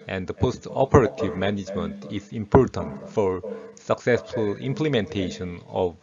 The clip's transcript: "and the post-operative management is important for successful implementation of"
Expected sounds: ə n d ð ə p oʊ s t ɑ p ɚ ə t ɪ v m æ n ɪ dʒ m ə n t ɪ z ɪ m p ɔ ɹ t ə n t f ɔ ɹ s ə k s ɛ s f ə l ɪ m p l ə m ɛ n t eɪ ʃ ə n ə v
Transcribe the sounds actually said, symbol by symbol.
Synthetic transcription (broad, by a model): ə n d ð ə p oʊ s t ɑ p ɚ ə t ɪ v m æ n ɪ dʒ m ə n t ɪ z ɪ m p ɔ ɹ t ə n t f ɔ ɹ s ə k s ɛ s f ə l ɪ m p l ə m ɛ n t eɪ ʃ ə n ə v